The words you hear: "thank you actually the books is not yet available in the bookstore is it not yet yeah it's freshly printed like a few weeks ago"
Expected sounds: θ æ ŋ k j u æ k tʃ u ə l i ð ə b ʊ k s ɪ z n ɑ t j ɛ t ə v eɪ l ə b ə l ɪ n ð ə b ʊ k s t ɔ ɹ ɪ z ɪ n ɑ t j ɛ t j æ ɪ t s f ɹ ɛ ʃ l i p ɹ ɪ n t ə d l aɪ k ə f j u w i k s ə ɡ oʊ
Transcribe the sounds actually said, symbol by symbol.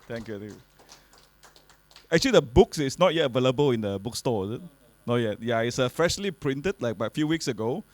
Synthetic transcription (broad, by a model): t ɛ ŋ k j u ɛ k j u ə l i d ə b ʊ k s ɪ s n ɑ t j ɛ t ə v eɪ l ə b ə l ɪ n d ə b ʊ k s t ɔ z ɪ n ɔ j ɛ t j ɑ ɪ t s f ɹ ɛ ʃ l i p ɹ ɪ n t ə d l aɪ k ə f j u w i k s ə ɡ oʊ